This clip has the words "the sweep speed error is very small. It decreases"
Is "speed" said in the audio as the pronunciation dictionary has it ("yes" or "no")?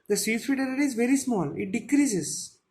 no